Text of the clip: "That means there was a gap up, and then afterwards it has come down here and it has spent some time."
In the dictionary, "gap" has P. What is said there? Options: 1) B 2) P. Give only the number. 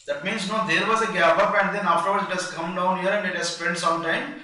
1